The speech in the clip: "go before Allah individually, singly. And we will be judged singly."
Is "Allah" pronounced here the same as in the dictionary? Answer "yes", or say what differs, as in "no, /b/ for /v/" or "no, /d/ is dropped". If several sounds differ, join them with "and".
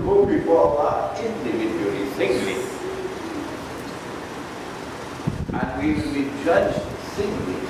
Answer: no, /l/ is dropped